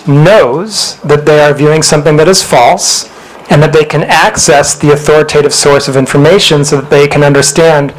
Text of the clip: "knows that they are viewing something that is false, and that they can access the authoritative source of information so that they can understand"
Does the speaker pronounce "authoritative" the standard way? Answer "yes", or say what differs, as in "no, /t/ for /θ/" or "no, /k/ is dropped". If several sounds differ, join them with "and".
yes